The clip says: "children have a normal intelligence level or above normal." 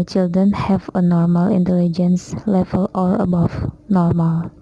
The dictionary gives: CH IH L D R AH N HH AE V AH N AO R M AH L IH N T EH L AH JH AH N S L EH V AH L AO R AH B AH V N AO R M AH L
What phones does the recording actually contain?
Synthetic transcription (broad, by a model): CH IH L D R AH N HH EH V AH N AO R M AH L IH N T EH L AH JH AH N S L EH V AH L AO L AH B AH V N AO R M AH L